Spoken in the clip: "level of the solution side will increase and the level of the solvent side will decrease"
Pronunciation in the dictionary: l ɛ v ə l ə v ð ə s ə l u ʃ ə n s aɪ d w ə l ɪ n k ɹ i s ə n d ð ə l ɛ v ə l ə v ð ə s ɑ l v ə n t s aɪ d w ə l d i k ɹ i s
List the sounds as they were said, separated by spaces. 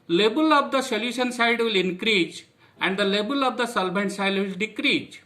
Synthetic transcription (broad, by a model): l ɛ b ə l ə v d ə s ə l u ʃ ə n s aɪ d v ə l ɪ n k ɹ i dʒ ə n d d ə l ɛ b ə l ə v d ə s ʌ l b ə n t s aɪ d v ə l d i k ɹ i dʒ